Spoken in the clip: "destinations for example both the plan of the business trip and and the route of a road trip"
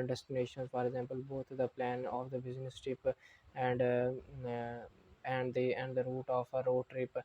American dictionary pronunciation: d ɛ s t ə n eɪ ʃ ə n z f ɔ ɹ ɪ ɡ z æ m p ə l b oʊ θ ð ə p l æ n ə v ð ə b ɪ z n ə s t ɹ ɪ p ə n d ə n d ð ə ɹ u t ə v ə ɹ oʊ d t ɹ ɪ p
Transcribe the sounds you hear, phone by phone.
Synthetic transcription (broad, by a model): d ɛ s t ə n eɪ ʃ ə n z f ɔ ɹ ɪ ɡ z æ m p ə l b oʊ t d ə p l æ n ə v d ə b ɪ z n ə s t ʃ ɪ p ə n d ə n d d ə ɹ u t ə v ə ɹ oʊ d t ɹ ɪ p